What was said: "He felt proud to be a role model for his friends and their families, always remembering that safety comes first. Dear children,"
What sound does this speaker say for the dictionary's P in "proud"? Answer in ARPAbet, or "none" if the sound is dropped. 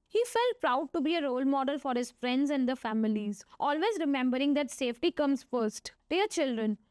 P